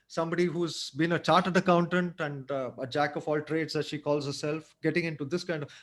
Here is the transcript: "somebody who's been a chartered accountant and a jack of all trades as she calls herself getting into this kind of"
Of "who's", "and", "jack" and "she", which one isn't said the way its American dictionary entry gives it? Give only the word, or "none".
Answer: none